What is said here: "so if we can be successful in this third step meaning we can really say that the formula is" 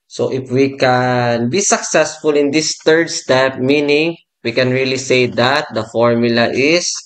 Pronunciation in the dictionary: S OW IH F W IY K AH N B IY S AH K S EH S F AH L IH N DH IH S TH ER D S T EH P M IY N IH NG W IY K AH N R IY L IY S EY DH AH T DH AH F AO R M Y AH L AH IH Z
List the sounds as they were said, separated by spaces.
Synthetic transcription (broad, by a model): S OW IH F W IY K AH N B IY S AH K S EH S F AH L IH N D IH S T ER D S T EH P M IY N IH NG W IY K AH N R IY L IY S EY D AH T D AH F AO R M Y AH L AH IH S